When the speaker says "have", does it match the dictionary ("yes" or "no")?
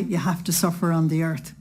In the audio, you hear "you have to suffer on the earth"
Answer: no